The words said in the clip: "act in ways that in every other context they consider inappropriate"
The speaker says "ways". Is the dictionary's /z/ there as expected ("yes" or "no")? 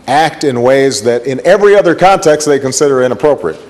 yes